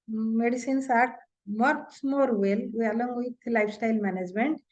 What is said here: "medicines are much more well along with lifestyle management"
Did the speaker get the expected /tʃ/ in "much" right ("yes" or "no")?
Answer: no